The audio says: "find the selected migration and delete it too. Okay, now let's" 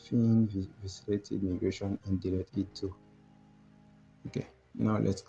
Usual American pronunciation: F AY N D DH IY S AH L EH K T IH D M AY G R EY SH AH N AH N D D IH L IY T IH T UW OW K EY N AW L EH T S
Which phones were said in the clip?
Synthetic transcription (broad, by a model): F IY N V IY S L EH T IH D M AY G R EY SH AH N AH N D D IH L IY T IH T UW OW K EY N AW L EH T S